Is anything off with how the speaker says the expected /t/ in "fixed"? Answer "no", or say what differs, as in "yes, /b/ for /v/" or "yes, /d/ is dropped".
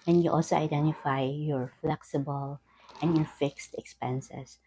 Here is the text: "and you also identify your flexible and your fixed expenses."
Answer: no